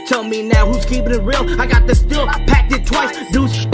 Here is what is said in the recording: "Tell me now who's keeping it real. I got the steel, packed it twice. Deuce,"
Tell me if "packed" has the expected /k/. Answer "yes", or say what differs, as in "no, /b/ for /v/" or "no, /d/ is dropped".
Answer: yes